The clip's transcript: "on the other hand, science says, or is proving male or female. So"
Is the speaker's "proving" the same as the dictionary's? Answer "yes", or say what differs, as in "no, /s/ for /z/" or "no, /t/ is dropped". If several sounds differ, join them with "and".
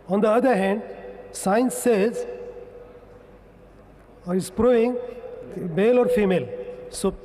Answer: no, /v/ is dropped